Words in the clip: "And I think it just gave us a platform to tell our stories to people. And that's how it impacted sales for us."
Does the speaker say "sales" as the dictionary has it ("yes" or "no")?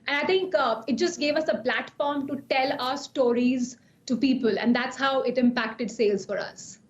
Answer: yes